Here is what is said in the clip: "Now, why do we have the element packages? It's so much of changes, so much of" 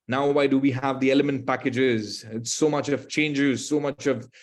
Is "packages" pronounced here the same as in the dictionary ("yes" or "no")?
yes